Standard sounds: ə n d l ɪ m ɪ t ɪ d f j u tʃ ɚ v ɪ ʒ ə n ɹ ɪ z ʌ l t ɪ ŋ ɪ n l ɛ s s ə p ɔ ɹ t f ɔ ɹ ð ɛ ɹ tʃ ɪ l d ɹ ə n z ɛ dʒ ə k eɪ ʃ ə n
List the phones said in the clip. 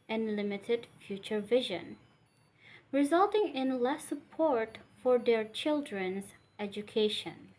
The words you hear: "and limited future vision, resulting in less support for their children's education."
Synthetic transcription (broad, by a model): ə n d l ɪ m ɪ t ɪ d f j u tʃ ɚ v ɪ ʒ ə n ɹ ɪ z ʌ l t ɪ ŋ ɪ n l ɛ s s ə p ɔ ɹ t f ɔ ɹ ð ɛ ɹ tʃ ɪ l d ɹ ə n z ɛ dʒ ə k eɪ ʃ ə n